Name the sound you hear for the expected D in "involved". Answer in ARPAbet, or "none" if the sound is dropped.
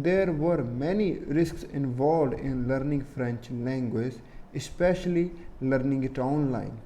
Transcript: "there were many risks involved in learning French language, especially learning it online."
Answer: D